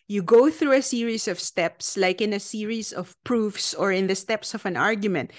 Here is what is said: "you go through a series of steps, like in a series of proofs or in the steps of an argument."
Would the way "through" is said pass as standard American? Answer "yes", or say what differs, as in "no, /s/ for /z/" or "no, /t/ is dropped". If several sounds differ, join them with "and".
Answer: yes